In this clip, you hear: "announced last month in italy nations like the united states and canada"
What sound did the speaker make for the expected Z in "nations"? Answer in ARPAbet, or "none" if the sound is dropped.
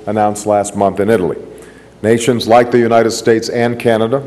Z